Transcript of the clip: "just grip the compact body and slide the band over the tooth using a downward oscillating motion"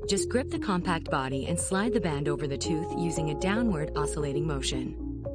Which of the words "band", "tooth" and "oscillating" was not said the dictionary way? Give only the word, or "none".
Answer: none